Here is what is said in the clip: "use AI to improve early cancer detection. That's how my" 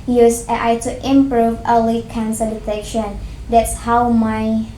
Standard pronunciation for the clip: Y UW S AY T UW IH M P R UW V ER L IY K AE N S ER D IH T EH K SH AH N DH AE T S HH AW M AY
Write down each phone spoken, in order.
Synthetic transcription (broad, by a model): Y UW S AY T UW IH M P R UW V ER L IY K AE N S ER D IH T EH SH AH N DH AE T S HH AW M AY